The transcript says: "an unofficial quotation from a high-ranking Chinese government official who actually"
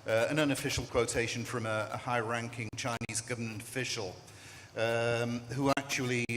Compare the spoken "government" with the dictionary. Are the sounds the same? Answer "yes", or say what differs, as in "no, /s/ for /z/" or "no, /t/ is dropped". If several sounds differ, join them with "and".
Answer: yes